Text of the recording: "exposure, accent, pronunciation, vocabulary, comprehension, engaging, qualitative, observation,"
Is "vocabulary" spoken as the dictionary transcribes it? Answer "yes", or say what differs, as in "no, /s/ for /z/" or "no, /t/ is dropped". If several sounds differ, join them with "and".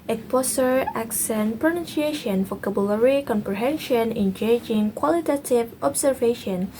no, /f/ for /v/